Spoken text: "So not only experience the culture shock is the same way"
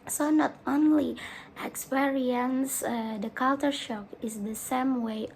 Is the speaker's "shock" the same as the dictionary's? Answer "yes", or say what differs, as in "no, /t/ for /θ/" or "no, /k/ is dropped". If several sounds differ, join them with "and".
yes